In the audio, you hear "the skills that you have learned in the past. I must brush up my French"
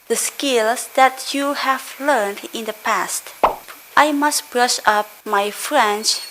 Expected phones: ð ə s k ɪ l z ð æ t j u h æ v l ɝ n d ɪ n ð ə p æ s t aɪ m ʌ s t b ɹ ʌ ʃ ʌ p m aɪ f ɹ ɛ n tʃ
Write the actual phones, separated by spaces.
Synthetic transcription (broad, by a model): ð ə s k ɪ l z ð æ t j u h æ v l ɝ n d ɪ n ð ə p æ s t aɪ m ʌ s t b ɹ ʌ ʃ ʌ p m aɪ f ɹ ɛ n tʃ